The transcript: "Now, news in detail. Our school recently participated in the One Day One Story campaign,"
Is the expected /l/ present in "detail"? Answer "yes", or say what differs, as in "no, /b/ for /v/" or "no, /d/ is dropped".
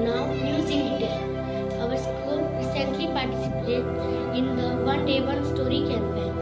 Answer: no, /n/ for /l/